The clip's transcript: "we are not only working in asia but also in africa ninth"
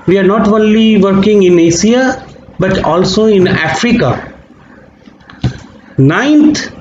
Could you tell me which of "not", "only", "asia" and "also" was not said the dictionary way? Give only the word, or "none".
asia